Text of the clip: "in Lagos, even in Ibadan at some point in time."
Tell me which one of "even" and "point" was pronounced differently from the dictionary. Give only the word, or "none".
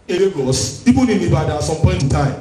even